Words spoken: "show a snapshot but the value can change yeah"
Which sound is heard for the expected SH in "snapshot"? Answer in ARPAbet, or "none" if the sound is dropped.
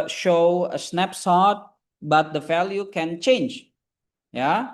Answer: S